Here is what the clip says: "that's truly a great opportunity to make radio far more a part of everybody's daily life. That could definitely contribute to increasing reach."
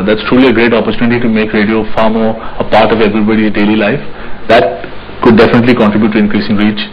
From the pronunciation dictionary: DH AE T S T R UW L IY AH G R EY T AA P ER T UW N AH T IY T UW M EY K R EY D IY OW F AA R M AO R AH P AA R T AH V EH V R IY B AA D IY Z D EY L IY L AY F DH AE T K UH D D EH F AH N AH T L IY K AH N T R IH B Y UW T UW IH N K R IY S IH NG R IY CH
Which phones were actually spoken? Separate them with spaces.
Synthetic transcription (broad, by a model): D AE T S T R UW L IY AH G R EY T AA P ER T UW N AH T IY T UW M EY K R EY D IY OW F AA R M AO R AH P AA R T AH V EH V R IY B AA D IY D EY L IY L AY F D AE T K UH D D EH F AH N AH T L IY K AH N T R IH B Y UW T UW IH N K R IY S IH NG R IY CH